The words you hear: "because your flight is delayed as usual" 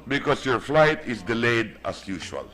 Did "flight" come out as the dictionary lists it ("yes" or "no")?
yes